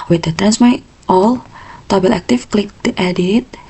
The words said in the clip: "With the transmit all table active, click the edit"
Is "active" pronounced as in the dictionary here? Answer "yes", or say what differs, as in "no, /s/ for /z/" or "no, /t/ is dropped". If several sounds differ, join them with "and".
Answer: no, /f/ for /v/